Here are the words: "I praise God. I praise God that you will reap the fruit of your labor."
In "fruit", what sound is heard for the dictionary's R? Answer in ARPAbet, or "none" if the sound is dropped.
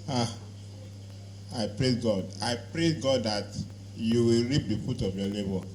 none